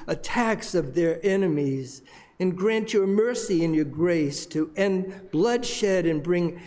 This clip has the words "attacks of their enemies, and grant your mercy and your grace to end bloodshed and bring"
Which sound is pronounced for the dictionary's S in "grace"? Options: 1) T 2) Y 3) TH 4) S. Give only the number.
4